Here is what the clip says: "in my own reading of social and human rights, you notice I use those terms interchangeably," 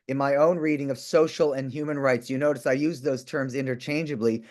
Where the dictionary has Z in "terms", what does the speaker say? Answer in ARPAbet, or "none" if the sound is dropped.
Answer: Z